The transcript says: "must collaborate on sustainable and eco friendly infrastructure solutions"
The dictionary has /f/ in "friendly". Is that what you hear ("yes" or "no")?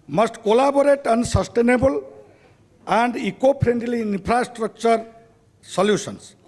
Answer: no